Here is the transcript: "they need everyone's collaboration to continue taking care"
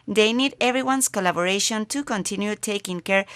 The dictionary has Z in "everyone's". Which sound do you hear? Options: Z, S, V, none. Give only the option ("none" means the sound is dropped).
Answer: S